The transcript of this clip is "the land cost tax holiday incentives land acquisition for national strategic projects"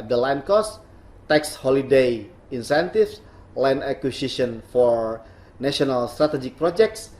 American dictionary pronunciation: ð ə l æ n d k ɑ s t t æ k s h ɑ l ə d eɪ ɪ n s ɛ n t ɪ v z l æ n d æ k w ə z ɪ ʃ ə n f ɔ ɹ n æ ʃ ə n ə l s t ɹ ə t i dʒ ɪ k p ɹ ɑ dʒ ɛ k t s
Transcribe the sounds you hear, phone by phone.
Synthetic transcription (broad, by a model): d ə l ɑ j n k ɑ s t t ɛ k s h ɑ l ə d eɪ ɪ n s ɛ n t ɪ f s l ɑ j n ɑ k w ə s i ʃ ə n f ɔ ɹ n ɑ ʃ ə n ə l s t ɹ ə t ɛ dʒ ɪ k p ɹ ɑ dʒ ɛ k t s